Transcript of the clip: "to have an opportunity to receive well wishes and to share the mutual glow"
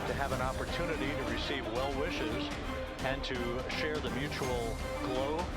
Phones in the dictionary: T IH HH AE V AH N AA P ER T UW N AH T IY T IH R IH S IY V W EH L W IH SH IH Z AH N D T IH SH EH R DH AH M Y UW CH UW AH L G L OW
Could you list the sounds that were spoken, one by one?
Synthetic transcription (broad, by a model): T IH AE V AH N AA P ER T UW N AH T IY T IH R IH S IY V W EH L W IH SH IH Z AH N T IH SH EH R DH AH M Y UW CH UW L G L OW